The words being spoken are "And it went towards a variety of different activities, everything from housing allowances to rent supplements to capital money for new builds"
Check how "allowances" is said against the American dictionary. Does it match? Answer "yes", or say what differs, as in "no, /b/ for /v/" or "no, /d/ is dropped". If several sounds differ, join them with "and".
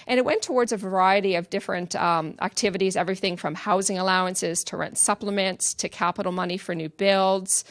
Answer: yes